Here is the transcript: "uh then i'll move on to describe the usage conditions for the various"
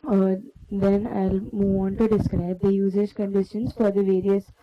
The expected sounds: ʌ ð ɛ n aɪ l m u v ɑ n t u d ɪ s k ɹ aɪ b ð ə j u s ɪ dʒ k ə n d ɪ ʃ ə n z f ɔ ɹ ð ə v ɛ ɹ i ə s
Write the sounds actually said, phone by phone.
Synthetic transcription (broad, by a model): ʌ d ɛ n aɪ l m u v ɑ n t u d ɪ s k ɹ aɪ b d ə j u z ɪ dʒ k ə n d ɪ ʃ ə n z f ɔ ɹ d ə v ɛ ɹ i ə s